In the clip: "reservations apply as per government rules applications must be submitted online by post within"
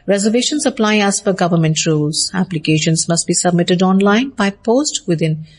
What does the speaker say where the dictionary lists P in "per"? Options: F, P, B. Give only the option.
F